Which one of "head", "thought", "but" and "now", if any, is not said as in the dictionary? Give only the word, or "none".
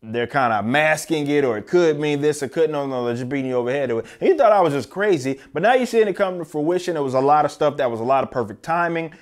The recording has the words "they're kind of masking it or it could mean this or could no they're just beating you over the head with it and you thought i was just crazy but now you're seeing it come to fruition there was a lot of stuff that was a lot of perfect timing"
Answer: none